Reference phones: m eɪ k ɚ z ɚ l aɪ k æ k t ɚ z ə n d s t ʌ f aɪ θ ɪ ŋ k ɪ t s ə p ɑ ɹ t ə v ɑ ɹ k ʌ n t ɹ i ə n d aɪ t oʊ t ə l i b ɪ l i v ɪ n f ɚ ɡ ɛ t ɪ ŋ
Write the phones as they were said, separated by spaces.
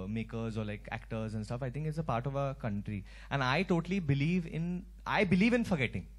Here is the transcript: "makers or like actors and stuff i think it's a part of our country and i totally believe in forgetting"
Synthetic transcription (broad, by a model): m eɪ k ɚ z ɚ l aɪ k æ k t ɚ z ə n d s t ʌ f aɪ t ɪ ŋ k ɪ t s ə p ɑ ɹ t ə v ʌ k ʌ n t ɹ i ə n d aɪ t oʊ t ə l i b ɪ l i v ɪ n f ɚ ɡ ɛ t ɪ ŋ